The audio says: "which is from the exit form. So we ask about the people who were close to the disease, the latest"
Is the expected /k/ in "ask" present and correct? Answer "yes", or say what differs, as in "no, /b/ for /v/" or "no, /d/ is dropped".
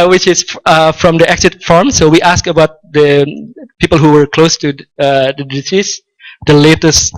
yes